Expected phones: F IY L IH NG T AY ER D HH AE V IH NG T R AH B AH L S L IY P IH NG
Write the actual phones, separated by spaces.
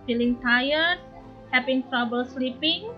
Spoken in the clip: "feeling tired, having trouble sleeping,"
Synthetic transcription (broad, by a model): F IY L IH NG T AY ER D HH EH P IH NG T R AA B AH L S L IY P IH NG